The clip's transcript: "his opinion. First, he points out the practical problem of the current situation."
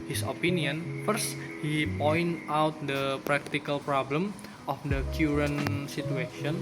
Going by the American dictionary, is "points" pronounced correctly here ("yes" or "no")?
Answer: no